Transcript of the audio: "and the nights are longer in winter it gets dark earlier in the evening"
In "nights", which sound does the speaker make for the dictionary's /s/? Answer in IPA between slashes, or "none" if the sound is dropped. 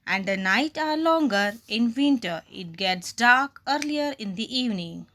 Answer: none